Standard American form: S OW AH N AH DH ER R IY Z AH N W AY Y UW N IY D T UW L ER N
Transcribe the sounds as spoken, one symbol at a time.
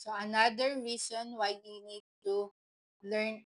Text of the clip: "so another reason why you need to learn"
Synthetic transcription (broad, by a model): S OW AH N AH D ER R IY S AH N W AY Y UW N IY D T UW L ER N